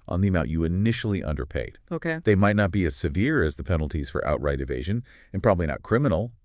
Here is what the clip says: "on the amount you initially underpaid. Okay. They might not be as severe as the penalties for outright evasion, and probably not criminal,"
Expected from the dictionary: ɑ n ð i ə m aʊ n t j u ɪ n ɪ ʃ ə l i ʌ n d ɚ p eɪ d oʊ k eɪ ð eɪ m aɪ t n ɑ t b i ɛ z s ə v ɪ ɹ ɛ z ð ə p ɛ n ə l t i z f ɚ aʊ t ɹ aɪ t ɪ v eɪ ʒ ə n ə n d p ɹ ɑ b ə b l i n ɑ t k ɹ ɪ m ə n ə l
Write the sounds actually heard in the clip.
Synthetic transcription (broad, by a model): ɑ n ð i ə m aʊ n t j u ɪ n ɪ ʃ l i ʌ n d ɚ p eɪ d oʊ k eɪ ð eɪ m aɪ t n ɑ t b i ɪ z s ə v ɪ ɹ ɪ z ð ə p ɛ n l t i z f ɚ aʊ t ɹ aɪ t ɪ v eɪ ʒ ə n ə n p ɹ ɑ b ə b l i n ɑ t k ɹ ɪ m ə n l